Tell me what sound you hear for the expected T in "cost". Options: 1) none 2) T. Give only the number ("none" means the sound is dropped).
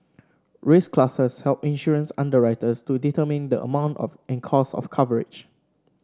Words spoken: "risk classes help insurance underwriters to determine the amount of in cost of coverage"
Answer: 1